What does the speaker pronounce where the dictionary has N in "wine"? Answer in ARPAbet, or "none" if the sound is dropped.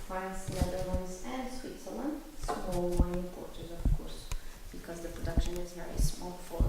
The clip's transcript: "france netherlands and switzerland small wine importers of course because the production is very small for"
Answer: none